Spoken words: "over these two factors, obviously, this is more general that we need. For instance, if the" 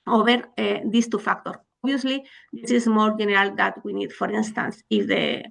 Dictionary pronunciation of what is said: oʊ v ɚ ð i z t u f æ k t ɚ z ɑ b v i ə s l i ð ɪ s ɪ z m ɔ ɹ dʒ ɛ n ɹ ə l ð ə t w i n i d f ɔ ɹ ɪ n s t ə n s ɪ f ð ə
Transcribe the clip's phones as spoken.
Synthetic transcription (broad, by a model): oʊ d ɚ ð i s t u f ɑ k t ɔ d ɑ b i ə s l i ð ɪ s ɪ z m ɔ ɹ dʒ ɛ n ɹ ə l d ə t w i n i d f ɔ ɹ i n s t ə n s ɪ f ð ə